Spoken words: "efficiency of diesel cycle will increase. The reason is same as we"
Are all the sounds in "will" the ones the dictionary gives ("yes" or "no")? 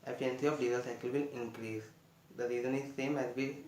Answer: no